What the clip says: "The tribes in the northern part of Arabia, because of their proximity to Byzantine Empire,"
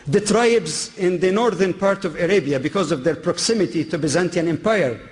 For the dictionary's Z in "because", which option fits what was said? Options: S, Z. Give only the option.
Z